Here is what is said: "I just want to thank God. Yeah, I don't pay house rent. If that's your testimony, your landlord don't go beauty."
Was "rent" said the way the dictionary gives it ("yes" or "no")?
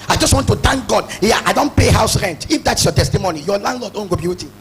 yes